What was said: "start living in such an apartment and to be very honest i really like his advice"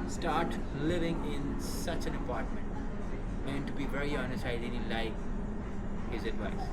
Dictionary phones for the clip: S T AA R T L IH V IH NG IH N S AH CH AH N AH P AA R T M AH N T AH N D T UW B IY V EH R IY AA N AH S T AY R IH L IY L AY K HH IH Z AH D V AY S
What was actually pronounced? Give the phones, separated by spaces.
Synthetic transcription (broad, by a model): S T AA R T L IH V IH NG IH N S AH CH AH N AH P AA R T M AH N T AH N T UW B IY V EH R IY AA N AH S T AY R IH N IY L AY K HH IH Z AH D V AY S